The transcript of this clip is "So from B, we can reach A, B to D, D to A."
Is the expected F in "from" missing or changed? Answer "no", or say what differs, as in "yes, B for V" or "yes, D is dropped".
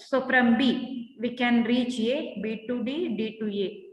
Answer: yes, P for F